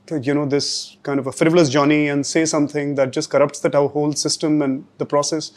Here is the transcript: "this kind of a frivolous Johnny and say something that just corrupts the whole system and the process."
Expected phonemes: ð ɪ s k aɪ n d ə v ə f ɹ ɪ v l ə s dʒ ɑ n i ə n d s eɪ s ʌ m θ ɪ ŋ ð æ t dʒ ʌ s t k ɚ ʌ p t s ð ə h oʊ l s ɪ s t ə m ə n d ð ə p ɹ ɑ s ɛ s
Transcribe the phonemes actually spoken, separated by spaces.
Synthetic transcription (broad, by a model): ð ɪ s k aɪ n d ə v ə f ɹ ɪ v l ə s dʒ ɑ n i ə n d s eɪ s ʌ m t ɪ ŋ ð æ t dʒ ʌ s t k ɚ ʌ p t s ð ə h oʊ l s ɪ s t ə m ə n d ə p ɹ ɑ s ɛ s